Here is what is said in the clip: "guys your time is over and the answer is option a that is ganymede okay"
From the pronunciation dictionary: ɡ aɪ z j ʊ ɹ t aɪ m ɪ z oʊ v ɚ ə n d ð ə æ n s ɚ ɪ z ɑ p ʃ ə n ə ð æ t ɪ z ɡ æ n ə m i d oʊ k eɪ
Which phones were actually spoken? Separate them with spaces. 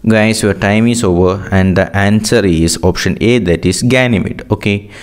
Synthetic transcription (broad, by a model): ɡ aɪ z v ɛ ɹ t aɪ m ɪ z oʊ v ɚ ə n d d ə æ n s ɚ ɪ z ɑ p ʃ ə n ə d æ t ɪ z ɡ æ n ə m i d oʊ k eɪ